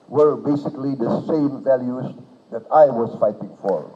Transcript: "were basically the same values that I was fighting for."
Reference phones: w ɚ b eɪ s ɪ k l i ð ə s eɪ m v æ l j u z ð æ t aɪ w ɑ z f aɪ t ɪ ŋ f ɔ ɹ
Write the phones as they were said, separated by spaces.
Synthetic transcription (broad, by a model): w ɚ b eɪ s ɪ k l i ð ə s eɪ m v æ l j u z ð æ t aɪ w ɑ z f aɪ t ɪ ŋ f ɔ ɹ